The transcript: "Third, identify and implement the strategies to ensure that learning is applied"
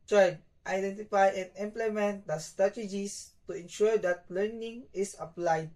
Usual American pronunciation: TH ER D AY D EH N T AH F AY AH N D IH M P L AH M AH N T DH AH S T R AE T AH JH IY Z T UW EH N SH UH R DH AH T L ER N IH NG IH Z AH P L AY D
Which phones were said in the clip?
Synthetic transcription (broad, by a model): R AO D AY D EH N T AH F AY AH N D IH M P L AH M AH N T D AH S T R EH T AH JH IY S T UW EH N SH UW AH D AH T L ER N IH NG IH S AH P L AY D